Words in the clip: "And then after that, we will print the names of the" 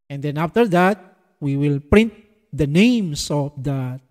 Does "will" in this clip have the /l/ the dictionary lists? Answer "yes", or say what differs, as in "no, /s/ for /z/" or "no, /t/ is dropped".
yes